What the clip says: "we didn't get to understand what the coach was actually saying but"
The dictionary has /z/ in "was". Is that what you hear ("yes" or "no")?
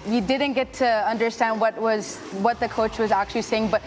yes